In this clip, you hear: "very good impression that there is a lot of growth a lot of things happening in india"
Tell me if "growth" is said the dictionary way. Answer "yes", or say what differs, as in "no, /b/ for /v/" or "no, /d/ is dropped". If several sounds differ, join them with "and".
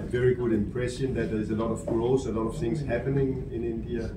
no, /s/ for /θ/